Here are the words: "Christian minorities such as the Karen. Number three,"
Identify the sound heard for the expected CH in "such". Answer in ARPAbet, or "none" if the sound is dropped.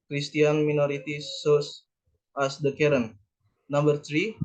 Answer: S